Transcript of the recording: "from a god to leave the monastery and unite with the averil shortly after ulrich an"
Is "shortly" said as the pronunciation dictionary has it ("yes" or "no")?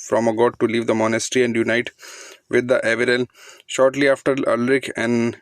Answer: yes